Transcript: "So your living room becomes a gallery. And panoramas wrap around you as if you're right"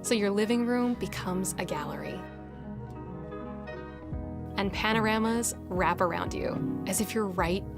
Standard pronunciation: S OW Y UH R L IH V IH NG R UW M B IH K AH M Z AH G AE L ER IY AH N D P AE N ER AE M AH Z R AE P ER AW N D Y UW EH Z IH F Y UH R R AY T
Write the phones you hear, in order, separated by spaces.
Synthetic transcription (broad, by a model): S OW Y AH R L IH V IH NG R UW M B IH K AH M Z AH G AE L ER IY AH N P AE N ER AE M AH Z R AE P ER AW N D Y UW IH Z IH F Y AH R R AY T